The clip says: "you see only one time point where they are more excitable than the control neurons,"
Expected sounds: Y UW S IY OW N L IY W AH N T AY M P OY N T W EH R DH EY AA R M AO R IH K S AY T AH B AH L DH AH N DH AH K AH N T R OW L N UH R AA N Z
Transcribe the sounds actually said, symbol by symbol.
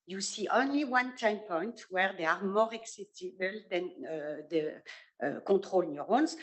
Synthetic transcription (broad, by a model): Y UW S IY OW N L IY W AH N T AY M P OY N T W EH R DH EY AA R M AO R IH K S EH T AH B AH L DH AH N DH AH K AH T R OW L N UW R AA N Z